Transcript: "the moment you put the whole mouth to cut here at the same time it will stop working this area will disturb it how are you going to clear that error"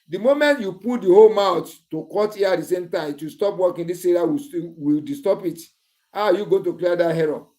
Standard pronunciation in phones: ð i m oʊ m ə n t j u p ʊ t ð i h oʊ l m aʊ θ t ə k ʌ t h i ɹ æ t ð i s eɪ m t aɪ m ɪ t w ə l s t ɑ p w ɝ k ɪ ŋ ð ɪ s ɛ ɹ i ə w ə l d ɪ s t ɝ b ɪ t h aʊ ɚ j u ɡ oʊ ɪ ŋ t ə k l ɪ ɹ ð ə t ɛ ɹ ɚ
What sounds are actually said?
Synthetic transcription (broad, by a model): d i m oʊ m ə n t j u p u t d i h oʊ l m aʊ t t ə k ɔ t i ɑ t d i s eɪ m t aɪ m ɪ t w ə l s t ɑ p w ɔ k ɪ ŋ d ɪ s ɛ ɹ i ə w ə w d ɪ s t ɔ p ɪ t h aʊ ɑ j u ɡ oʊ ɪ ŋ t ə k l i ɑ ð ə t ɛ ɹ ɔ